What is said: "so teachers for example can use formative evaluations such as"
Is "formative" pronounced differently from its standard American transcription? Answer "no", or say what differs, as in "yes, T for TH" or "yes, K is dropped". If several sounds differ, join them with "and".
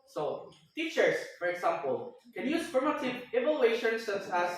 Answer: yes, P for F